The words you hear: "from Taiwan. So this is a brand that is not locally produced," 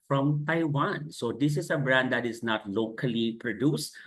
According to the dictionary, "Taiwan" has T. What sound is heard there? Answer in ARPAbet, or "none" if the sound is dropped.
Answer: T